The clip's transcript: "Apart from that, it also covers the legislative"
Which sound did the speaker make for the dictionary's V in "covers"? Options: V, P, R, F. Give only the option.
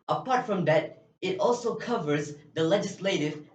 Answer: V